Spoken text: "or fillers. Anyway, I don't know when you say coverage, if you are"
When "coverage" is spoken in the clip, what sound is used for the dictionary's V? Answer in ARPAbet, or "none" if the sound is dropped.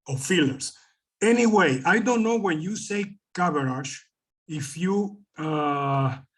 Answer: B